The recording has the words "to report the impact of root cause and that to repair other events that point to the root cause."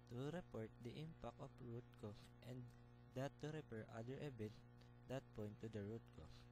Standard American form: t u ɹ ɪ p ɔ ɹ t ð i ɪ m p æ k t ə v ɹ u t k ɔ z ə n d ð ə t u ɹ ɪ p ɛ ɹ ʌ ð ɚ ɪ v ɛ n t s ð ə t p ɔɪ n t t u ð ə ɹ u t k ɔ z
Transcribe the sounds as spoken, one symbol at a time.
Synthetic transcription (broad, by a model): t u ɹ ɪ p ɔ ɹ t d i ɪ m p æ k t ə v ɹ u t k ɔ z ə n d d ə t u ɹ ɪ p ɛ ɹ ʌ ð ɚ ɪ b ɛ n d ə t p ɔɪ n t t u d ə ɹ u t k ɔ